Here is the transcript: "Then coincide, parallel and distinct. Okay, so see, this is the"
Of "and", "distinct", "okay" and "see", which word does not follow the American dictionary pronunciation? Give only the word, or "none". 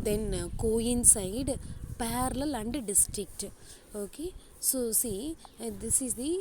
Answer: distinct